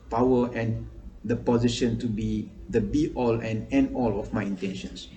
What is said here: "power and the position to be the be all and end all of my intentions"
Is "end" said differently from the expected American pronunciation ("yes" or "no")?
yes